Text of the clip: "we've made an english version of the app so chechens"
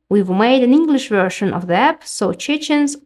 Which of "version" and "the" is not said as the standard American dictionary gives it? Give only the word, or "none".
version